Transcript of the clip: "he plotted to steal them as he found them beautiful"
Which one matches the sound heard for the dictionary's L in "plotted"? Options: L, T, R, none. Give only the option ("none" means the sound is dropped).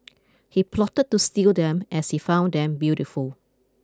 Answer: L